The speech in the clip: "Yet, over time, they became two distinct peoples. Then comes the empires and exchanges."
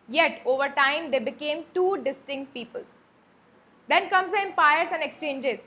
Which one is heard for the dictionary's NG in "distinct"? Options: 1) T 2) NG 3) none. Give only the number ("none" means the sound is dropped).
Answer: 2